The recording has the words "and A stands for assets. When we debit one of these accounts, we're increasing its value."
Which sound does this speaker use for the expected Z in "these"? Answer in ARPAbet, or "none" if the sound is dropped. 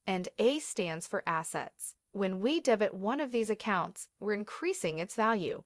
Z